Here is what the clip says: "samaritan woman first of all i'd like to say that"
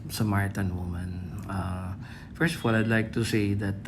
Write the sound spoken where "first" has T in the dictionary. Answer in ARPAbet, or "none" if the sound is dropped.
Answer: T